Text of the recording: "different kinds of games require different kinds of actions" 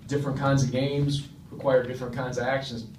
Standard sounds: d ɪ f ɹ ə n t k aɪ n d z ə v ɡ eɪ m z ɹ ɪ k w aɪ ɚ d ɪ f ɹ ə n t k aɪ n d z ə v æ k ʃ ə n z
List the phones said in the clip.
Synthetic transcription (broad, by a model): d ɪ f ɹ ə n k aɪ n d z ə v ɡ eɪ m z ɹ ɪ k w aɪ ɚ d ɪ f ɹ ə n k aɪ n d z ə v æ k ʃ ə n z